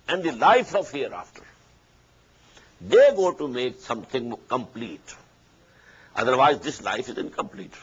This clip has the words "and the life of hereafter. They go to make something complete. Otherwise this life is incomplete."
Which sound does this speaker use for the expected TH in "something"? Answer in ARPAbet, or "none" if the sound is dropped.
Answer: T